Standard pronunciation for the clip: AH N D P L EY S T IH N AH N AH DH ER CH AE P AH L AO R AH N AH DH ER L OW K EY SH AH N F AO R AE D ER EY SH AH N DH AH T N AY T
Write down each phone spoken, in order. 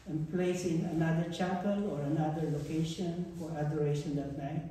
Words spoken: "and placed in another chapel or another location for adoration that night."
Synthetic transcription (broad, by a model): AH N P L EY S IH N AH N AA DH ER CH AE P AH L AO R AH N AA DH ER L OW K EY SH AH N F AO R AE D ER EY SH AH N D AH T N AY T